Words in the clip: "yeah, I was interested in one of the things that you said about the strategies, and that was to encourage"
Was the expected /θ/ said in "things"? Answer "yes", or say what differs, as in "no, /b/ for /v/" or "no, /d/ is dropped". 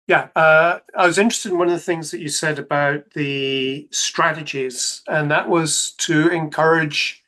yes